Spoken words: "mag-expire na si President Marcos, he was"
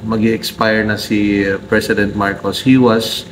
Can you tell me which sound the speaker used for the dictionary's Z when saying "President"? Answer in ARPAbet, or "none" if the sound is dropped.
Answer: S